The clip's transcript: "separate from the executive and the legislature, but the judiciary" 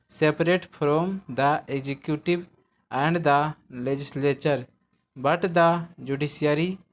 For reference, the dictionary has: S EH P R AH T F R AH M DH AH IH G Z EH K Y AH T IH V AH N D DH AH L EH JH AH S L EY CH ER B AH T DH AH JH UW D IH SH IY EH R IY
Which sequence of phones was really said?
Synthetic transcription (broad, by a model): S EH P R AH T P R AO M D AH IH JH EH K Y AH T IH B AH N D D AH L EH JH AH S L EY CH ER B AH T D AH JH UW D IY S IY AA R IY